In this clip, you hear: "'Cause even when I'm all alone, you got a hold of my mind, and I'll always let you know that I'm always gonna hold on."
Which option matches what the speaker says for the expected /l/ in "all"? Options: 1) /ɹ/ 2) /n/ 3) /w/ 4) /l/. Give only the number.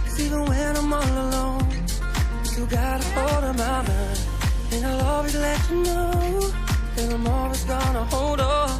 2